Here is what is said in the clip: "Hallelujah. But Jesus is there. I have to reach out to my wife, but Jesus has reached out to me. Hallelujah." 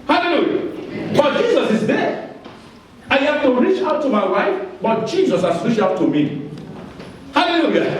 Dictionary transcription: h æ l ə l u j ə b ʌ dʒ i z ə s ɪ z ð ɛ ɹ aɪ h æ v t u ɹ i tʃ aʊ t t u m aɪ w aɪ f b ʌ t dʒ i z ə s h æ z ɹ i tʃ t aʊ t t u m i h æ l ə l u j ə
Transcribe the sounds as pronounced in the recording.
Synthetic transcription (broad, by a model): h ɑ l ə l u j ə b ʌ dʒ i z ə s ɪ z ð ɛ aɪ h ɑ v t u ɹ i tʃ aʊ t t u m aɪ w aɪ f b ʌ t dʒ i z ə s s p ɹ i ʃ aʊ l t u m i h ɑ l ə l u j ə